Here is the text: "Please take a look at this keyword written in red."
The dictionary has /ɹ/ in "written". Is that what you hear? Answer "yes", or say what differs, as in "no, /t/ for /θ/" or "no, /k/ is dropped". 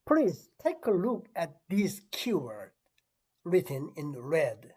yes